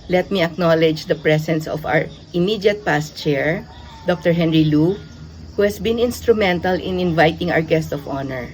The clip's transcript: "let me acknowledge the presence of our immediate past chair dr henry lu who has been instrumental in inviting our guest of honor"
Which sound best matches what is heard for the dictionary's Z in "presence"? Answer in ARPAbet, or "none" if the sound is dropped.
S